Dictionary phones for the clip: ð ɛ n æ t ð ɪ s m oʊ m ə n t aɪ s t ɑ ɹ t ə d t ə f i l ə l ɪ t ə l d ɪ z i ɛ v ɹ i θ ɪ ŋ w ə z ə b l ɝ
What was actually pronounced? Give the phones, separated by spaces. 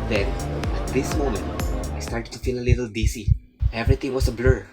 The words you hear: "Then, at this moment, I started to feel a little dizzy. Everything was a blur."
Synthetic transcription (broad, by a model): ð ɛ n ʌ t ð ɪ s m oʊ m ə n t aɪ s t ɑ ɹ t ə d t ə f i l ə l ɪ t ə l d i s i ɛ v ɹ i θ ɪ ŋ w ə s ə b l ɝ